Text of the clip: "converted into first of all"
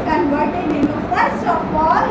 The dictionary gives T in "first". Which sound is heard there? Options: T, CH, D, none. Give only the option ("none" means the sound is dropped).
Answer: none